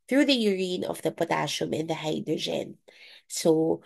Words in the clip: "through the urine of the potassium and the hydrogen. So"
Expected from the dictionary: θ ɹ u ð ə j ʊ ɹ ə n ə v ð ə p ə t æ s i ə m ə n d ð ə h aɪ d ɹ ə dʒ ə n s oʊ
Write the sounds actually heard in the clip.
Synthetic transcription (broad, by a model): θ ɹ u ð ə j ʊ ɹ ə n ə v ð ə p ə t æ ʃ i m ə n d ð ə h aɪ d ɹ ə dʒ ə n s oʊ